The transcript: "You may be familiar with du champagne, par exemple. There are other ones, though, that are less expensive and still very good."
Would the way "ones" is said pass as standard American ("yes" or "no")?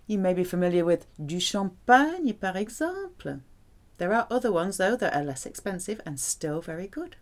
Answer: yes